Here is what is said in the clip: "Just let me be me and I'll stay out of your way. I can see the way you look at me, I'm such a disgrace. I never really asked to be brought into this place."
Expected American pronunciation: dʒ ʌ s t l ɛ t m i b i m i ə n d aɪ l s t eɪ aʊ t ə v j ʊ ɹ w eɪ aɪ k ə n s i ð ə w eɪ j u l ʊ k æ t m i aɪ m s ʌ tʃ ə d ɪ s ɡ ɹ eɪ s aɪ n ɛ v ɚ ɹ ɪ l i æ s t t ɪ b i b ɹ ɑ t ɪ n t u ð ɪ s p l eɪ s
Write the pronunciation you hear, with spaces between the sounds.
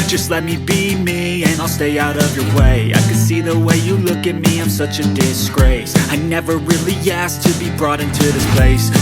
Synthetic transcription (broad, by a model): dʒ ʌ s t l ɛ t m i b i m i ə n aɪ l s t eɪ aʊ t ə v j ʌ ɹ w eɪ aɪ k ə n s i ð ə w eɪ j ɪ l ʊ k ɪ t m i aɪ m s ʌ tʃ ə d ɪ s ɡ ɹ eɪ s aɪ n ɛ v ɚ ɹ ɪ l i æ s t t ɪ b i b ɹ ɑ t ɪ n t u ð ɪ s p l eɪ s